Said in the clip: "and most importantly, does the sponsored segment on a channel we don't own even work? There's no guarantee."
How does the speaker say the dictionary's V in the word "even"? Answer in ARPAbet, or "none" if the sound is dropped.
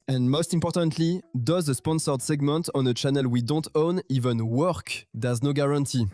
V